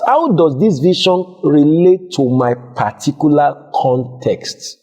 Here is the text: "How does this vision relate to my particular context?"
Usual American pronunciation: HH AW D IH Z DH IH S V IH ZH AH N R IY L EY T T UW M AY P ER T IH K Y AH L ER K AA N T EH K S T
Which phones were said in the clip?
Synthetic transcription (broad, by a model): HH AW D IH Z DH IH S V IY SH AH N R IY L EY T T UW M AY P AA T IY K Y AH L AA K AA N T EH K S T